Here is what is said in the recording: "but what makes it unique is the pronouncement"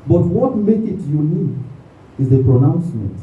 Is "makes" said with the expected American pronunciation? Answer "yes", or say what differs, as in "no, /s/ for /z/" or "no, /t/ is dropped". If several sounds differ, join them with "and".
no, /s/ is dropped